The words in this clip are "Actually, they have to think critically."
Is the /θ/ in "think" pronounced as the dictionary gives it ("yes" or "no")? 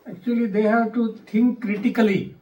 no